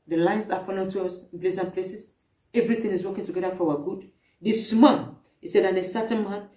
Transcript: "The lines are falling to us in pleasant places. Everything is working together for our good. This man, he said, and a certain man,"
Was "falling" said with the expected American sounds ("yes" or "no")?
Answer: no